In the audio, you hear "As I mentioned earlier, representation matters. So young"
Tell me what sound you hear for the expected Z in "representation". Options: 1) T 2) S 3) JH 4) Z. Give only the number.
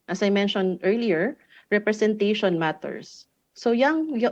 2